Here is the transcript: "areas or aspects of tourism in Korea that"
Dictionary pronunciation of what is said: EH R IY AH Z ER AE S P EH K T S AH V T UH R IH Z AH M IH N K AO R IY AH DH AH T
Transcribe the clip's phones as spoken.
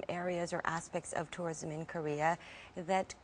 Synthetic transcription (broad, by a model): EH R IY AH Z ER AE S P EH K T S AH V T UH R IH Z AH M IH N K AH R IY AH DH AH T